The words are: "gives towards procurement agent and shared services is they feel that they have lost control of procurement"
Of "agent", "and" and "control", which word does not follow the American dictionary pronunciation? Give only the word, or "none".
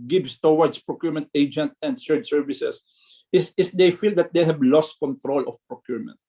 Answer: none